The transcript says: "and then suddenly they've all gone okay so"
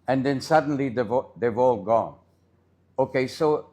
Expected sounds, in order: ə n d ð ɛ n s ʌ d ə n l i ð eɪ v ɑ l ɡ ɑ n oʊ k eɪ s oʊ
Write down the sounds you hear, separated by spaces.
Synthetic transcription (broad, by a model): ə n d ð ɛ n s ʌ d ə n l i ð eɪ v ɑ l ɡ ɑ n oʊ k eɪ s oʊ